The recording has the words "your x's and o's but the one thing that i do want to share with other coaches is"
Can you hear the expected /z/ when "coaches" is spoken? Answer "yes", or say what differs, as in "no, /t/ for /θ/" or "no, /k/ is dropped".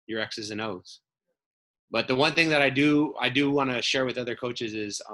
yes